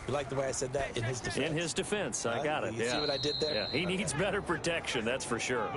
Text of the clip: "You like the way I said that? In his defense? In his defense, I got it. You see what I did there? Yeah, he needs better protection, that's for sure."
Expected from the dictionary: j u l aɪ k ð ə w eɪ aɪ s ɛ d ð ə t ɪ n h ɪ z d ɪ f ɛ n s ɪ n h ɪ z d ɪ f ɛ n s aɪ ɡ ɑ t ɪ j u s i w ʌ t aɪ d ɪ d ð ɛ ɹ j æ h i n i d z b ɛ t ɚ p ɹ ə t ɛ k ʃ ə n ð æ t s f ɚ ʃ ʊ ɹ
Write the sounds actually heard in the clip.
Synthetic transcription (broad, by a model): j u l aɪ k ð ə w eɪ aɪ s ɛ d ð ə t ɪ n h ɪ z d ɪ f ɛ ɪ n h ɪ z d ɪ f ɛ n s aɪ ɡ ɑ t ɪ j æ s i w ʌ t aɪ d ɪ d ð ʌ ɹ j æ h i n i d z b ɛ t ɚ p ɹ ə t ɛ k ʃ ə n ð æ t s f ɚ ʃ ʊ ɹ